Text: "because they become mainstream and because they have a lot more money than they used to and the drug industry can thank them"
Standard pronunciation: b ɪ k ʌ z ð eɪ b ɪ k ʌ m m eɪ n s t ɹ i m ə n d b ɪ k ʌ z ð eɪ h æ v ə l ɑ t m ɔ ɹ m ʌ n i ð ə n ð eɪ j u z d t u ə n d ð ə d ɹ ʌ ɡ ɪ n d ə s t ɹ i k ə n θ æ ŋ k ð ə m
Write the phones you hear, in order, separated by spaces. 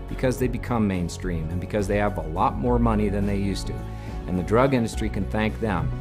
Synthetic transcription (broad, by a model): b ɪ k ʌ z ð eɪ b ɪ k ʌ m m eɪ n s t ɹ i m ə n b ɪ k ʌ z ð eɪ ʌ v ə l ɑ t m ɔ ɹ m ʌ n i ð ə n ð eɪ j u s t u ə n ð ə d ɹ ʌ ɡ ɪ n d ə s t ɹ i k ə n θ æ ŋ k ð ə m